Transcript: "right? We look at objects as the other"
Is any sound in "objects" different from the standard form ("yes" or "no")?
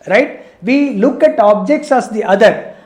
no